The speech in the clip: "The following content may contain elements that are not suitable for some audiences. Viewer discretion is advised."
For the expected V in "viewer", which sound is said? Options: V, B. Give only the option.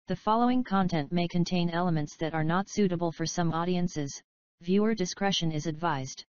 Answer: V